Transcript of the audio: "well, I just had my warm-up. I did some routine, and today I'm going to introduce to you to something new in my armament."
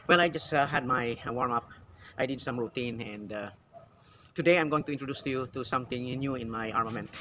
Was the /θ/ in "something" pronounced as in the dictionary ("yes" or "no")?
no